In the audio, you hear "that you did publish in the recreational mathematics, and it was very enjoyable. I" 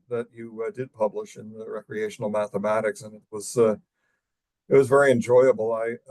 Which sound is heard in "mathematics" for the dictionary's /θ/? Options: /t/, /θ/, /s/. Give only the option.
/θ/